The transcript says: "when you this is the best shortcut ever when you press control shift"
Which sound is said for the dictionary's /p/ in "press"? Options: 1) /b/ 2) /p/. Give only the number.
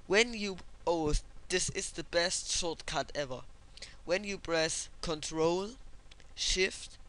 1